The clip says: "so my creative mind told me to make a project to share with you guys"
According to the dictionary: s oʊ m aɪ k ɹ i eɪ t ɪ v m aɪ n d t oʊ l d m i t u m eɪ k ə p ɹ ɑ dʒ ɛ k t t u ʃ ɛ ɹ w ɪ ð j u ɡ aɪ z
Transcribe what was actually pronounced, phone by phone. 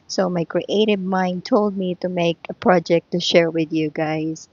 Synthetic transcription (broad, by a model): s oʊ m aɪ k ɹ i eɪ t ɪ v m aɪ n d t oʊ l d m i t u m eɪ k ə p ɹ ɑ dʒ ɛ k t t u ʃ ɛ ɹ w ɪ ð j u ɡ aɪ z